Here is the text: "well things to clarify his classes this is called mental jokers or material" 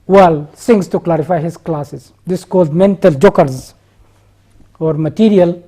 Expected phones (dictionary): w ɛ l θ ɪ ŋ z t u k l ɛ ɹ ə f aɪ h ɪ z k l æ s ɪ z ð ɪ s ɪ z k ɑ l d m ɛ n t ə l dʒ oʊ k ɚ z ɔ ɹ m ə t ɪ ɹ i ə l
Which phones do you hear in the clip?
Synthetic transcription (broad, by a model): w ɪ l s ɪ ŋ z t u k l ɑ ɹ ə f aɪ h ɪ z k l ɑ s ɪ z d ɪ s k ɑ l d m ɛ n t ə l dʒ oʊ k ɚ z ɔ ɹ m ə t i ɹ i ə l